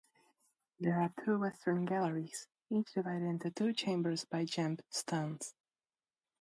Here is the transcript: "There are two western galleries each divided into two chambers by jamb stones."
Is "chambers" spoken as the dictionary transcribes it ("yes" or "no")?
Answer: yes